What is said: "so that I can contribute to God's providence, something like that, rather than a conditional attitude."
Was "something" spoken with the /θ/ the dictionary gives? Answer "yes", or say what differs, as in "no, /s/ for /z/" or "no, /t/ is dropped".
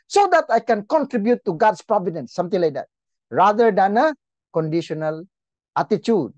no, /t/ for /θ/